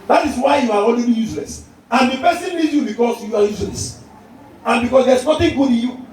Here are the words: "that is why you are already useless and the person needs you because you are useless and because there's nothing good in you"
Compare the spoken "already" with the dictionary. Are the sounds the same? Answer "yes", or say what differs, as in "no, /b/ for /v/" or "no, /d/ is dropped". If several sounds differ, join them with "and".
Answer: no, /l/ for /ɹ/